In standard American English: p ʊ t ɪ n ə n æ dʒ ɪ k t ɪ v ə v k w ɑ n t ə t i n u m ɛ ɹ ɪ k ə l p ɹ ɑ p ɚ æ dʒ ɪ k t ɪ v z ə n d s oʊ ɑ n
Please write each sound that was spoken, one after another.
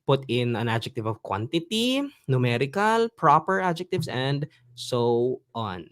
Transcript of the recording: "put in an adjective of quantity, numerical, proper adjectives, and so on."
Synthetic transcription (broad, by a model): p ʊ t ɪ n ə n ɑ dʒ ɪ k t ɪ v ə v k w ɑ n t ə t i n u m ɛ ɹ ɪ k ə l p ɹ ɑ p ɚ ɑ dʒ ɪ k t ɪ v s ə n d s oʊ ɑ n